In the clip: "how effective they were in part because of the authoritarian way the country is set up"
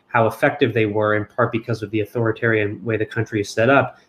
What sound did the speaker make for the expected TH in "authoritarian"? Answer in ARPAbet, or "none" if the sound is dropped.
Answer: TH